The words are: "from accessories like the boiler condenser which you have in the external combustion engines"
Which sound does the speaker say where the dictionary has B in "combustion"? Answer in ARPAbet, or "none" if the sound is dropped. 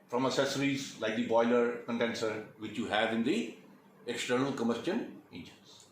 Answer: none